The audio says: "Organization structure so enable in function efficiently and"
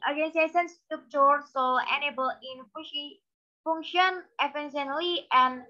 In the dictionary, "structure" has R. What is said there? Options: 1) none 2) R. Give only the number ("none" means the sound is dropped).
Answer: 1